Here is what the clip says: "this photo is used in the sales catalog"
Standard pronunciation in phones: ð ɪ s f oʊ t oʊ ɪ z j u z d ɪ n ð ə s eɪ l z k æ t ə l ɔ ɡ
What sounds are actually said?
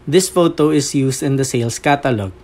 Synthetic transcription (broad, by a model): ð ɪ s f oʊ t oʊ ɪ s j u s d ɪ n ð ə s eɪ l s k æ t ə l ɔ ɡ